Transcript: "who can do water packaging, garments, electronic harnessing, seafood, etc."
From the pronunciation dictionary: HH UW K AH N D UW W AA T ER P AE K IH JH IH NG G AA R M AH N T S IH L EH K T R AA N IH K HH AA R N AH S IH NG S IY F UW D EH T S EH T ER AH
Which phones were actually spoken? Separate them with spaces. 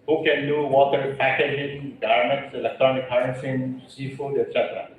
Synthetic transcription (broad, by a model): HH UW K AH N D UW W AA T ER P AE K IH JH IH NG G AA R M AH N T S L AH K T AA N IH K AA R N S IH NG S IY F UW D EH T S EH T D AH